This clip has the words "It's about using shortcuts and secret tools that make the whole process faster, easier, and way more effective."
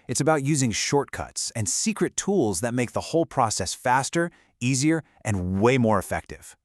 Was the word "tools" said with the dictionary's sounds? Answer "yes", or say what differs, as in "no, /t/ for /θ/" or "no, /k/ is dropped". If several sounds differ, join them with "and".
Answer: yes